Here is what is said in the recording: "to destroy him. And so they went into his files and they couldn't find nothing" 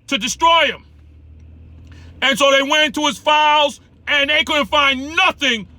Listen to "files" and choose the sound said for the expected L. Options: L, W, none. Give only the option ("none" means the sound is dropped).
L